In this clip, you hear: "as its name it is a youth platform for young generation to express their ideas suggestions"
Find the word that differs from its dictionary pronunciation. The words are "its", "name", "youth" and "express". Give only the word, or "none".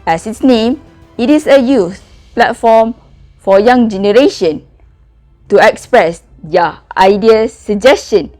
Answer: youth